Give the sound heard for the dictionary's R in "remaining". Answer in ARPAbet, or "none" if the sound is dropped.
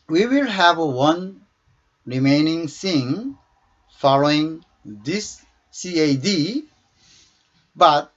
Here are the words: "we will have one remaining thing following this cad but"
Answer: R